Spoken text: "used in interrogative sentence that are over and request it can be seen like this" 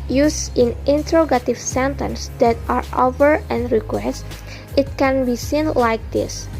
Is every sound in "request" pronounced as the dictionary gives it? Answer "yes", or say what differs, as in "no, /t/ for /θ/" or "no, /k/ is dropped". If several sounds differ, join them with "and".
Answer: yes